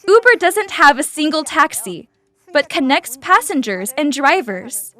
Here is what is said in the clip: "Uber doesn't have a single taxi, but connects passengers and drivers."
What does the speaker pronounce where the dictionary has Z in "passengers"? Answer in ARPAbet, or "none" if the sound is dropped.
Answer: Z